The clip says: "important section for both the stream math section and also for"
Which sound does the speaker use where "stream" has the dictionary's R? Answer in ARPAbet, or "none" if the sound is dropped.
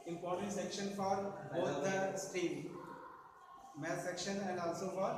none